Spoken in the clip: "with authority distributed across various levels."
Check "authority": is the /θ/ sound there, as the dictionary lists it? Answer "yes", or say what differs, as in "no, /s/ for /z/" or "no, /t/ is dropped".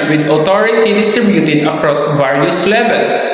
no, /t/ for /θ/